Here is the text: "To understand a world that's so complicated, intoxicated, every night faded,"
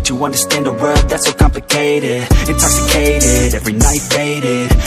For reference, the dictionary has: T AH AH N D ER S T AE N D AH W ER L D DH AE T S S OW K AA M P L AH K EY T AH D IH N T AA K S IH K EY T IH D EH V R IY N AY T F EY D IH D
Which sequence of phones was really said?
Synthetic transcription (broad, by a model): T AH AH N D ER S T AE N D AH W ER D DH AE T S S OW K AA M P L AH K EY T AH D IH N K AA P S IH K EY T IH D EH V R IY N AY T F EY D IH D